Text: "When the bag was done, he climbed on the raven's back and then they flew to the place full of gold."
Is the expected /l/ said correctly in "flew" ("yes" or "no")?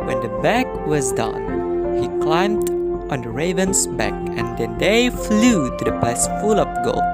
yes